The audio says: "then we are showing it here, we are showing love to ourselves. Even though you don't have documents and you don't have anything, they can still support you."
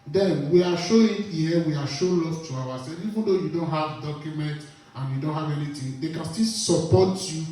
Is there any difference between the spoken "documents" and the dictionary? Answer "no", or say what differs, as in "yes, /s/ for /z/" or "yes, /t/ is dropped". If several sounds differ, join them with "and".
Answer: yes, /s/ is dropped